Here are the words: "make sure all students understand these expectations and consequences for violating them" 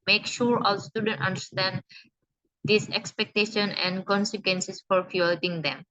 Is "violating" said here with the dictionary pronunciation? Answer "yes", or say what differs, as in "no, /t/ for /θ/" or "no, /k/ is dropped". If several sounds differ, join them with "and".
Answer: no, /f/ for /v/